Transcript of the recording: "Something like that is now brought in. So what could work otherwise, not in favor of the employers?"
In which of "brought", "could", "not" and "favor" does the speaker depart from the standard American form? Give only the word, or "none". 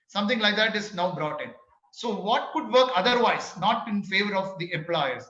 none